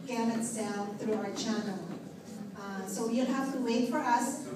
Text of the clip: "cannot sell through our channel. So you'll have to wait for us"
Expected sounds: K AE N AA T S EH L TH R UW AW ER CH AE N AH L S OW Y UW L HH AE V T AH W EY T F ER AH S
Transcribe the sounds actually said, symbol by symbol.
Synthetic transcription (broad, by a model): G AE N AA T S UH N TH R UW AW ER CH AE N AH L S OW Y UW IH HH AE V T AH W EY T F ER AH S